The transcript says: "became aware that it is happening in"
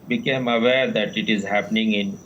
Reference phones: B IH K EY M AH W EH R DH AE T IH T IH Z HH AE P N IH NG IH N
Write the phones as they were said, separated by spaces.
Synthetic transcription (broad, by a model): B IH K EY M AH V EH R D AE T IH T IH Z HH AE P N IH NG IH N